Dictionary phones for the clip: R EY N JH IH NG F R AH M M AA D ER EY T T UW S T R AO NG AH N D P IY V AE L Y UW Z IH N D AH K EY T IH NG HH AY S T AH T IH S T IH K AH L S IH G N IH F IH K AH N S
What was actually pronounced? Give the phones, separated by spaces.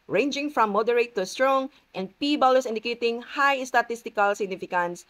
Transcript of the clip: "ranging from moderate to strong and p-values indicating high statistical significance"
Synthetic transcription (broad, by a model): R EY N JH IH NG F R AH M M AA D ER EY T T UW S T R AO NG AH N D P IY B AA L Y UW S IH N D AH K EY T IH NG HH AY S T AH T IH S T IH K AH L S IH G N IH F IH K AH N S